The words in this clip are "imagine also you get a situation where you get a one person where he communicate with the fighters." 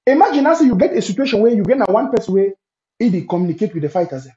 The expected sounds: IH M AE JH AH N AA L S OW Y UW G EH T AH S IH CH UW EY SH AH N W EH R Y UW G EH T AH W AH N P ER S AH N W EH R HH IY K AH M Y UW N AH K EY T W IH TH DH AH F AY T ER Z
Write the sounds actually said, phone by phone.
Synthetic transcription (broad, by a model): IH M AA JH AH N AA S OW Y UW G EH T AH S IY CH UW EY SH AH N W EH Y UW G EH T AH W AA N P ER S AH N W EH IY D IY K AH M Y UW N AH K EY T W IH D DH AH F AY T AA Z